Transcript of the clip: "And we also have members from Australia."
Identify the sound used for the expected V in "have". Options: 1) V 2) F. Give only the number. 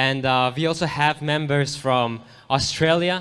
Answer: 1